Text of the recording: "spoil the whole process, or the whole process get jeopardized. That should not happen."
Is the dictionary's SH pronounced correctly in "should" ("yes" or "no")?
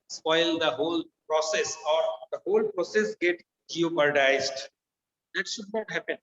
yes